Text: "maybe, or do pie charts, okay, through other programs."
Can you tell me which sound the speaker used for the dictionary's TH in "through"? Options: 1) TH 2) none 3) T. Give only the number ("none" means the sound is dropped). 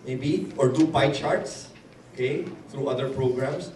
3